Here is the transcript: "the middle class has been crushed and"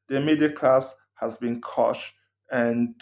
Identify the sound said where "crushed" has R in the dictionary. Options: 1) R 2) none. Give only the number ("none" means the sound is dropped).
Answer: 2